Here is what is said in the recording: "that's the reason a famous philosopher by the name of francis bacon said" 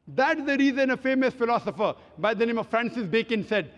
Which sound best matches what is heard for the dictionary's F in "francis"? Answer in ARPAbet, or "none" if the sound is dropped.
F